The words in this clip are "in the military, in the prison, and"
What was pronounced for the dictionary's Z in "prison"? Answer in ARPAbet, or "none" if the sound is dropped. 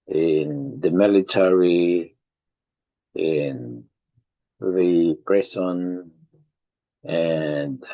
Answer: S